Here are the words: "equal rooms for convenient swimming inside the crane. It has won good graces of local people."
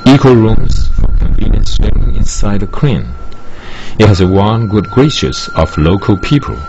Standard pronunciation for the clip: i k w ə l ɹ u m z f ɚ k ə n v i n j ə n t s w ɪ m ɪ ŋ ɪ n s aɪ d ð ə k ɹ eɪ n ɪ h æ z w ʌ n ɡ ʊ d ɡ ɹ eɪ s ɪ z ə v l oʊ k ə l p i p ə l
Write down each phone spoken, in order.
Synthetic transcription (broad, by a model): i k w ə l ɹ u m z f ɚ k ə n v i n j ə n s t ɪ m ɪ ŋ ɪ n s aɪ d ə k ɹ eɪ n ɪ h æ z w ʌ n ɡ ʊ d ɡ ɹ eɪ ʃ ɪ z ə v l oʊ k ə l p i p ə l